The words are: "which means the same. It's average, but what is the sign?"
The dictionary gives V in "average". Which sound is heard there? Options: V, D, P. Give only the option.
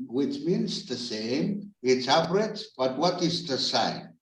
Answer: P